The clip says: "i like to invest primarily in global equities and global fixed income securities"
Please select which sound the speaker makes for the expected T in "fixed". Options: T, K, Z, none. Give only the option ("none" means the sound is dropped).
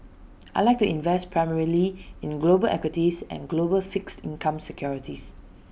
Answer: T